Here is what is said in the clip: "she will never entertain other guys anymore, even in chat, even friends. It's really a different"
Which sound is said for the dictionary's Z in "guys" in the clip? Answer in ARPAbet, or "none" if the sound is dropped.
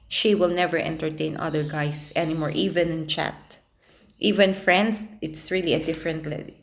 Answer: S